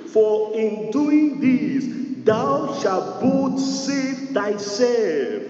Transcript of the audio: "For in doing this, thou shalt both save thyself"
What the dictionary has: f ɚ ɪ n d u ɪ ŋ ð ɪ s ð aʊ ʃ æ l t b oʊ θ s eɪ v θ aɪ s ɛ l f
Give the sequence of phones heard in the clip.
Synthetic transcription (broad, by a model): f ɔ ɪ n d u ɪ ŋ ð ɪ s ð aʊ ʃ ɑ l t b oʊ t s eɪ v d aɪ s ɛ l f